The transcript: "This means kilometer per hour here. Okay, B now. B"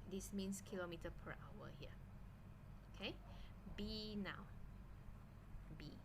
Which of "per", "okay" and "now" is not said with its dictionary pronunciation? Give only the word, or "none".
none